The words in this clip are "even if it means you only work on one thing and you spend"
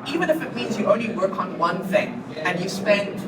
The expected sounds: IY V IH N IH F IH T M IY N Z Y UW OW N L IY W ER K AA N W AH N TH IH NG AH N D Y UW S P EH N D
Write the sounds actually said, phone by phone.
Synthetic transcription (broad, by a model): IY V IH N IH F IH T M IY N Z Y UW OW N L IY W ER K N W AH N TH IH NG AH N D Y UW S P EH N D